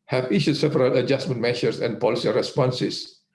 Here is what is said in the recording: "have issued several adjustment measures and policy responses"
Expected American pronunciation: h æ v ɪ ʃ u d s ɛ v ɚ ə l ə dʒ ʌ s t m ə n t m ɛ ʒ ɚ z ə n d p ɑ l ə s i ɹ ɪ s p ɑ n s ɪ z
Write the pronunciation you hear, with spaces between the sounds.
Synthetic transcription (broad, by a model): h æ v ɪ ʃ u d s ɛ p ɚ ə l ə dʒ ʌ s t m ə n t m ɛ ʃ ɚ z ə n d p ɑ l ə s i ɹ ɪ s p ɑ n s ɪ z